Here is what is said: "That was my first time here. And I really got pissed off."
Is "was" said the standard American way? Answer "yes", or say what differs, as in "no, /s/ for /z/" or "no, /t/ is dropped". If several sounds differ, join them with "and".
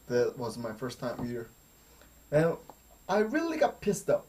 yes